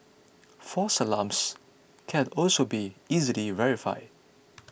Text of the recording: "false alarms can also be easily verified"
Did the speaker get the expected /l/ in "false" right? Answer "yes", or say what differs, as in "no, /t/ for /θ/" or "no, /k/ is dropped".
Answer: no, /l/ is dropped